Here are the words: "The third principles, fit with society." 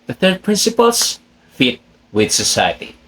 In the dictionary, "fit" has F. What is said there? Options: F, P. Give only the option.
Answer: F